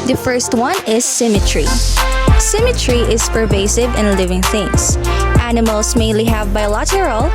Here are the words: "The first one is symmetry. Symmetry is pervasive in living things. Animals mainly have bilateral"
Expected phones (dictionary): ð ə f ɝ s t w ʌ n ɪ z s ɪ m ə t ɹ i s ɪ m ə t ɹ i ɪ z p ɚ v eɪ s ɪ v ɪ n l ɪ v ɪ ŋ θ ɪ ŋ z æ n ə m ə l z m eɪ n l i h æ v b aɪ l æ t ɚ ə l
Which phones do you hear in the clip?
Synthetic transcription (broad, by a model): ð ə f ɝ s t w ʌ n ɪ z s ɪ m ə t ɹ i s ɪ m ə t ɹ i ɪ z p ɚ v eɪ s ɪ v ɪ n l ɪ v ɪ ŋ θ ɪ ŋ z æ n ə m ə l s m eɪ n l i h æ v b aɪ l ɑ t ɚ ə l